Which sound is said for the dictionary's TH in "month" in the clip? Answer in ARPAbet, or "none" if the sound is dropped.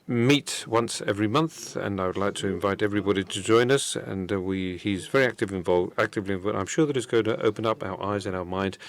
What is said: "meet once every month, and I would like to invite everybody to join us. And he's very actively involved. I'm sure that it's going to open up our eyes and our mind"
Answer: TH